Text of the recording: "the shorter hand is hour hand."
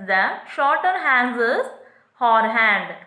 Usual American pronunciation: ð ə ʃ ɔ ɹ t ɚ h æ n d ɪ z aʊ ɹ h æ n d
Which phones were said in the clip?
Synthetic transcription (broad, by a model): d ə ʃ ɔ ɹ t ɚ h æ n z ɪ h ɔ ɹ h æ n d